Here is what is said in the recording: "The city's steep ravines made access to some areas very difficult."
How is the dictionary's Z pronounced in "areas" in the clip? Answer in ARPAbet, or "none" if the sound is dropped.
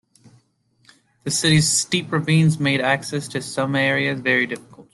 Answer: Z